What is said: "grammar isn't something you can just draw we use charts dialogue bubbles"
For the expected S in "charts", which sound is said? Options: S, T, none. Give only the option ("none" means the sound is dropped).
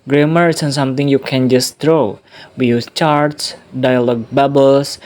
S